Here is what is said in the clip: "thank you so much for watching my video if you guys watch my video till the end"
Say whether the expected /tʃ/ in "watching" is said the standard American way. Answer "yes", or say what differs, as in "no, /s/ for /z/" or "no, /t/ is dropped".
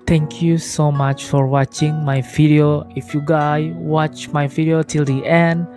yes